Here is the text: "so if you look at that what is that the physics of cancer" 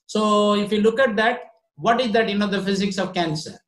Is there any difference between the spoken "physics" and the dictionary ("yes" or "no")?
no